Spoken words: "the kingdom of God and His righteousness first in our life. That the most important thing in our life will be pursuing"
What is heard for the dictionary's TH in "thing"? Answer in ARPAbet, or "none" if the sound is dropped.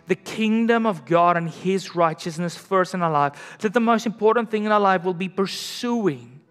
TH